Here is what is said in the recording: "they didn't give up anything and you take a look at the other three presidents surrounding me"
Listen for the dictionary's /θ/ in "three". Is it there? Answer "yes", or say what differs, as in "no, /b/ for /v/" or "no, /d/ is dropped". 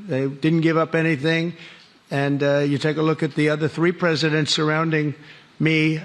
yes